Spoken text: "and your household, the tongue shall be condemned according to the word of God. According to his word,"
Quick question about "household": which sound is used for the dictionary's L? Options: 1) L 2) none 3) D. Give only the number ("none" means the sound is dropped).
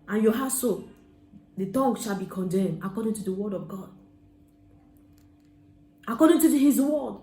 2